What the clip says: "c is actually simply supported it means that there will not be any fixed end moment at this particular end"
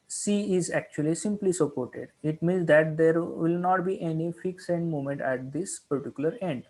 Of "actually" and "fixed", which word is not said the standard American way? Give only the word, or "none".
fixed